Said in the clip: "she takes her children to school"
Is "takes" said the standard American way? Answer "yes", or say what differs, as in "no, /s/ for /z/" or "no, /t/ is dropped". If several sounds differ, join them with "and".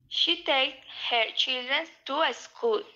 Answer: no, /s/ is dropped